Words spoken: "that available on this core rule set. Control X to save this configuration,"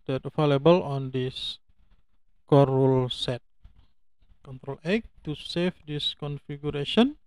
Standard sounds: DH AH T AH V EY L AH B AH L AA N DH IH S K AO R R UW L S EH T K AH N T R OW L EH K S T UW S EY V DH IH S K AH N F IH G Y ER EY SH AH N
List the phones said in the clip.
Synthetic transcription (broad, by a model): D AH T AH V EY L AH B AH L AA N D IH S K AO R R UW L S EH T K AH N T R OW L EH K T UW S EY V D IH S K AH N F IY G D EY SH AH N